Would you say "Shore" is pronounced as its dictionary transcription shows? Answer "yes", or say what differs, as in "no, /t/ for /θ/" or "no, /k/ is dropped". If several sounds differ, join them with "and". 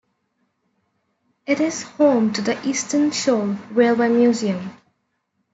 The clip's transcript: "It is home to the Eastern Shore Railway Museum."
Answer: no, /l/ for /ɹ/